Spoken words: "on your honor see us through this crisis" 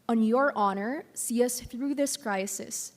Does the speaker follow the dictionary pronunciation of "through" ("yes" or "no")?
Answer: yes